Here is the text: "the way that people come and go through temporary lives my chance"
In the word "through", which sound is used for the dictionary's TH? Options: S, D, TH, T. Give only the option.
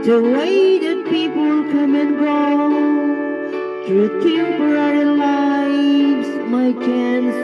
T